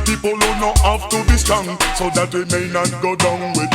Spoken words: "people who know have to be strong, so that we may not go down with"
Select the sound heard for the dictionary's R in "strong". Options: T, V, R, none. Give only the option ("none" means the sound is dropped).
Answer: none